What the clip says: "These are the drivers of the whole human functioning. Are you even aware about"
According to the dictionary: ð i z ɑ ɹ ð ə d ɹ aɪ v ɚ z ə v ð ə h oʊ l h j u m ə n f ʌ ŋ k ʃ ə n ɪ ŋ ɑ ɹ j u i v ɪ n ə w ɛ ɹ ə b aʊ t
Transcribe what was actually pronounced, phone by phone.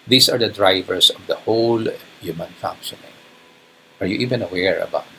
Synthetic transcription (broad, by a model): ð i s ɑ ɹ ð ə d ɹ aɪ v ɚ s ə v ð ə h oʊ l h j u m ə n f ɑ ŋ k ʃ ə n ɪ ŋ ɑ ɹ j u i v ɪ n ə w ɛ ɹ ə b aʊ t